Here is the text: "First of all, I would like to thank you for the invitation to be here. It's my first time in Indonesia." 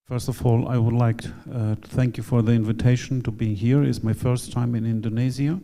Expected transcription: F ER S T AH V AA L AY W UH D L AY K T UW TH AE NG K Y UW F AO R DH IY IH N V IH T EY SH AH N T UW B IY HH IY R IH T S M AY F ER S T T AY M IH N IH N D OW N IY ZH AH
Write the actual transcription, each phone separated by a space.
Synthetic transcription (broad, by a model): F ER S T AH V AA L AY W UH D L AY K T UW TH AE NG K Y UW F AO R DH IY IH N V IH T EY SH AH N T UW B IY HH IY R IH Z M AY F ER S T T AY M IH N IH N D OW N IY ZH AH